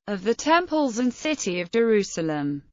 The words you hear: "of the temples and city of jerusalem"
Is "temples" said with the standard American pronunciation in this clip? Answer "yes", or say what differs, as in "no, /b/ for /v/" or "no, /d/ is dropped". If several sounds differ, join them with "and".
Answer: yes